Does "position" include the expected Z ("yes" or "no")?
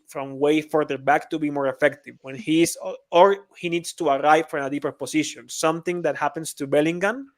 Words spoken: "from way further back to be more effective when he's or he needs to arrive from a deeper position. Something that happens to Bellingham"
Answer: no